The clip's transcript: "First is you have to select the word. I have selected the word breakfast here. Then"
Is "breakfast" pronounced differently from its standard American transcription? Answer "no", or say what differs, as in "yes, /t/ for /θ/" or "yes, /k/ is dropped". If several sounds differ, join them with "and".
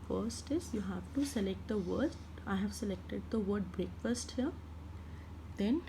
no